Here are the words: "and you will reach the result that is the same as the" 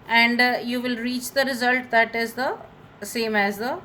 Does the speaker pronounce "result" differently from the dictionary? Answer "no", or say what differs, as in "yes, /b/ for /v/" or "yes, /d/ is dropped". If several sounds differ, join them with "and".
no